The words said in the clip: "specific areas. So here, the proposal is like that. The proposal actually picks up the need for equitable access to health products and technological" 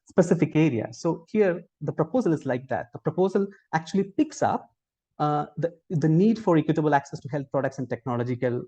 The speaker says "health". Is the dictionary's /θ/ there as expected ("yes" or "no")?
no